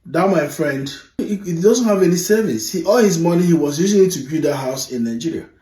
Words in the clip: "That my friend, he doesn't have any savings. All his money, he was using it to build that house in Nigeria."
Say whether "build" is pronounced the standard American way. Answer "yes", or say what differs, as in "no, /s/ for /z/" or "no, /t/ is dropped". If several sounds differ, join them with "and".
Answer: no, /l/ is dropped